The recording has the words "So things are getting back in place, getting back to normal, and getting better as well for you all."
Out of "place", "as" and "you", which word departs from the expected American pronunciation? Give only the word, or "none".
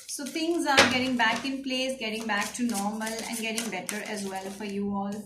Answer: none